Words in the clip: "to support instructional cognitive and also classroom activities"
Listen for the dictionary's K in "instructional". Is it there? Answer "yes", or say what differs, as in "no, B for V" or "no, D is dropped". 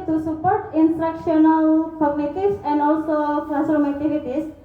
yes